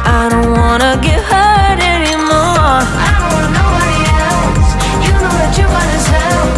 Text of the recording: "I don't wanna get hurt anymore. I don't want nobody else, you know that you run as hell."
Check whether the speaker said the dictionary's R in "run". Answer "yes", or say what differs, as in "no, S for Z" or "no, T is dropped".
no, W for R